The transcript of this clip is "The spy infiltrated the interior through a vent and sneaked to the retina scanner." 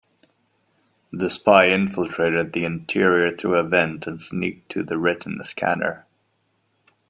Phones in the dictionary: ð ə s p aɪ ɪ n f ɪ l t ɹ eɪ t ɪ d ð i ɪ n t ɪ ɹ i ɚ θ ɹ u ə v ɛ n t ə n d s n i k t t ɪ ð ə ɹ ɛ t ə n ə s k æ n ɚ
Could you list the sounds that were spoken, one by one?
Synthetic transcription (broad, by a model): ð ə s p aɪ ɪ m f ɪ l t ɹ eɪ t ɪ d ð i ɪ n t ɪ ɹ i ɚ θ ɹ u ə v ɛ n t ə n s n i k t t ɪ ð ə ɹ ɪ t n s k æ n ɚ